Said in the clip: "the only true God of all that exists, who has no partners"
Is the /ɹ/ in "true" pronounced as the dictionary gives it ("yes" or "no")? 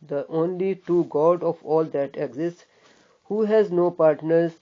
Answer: no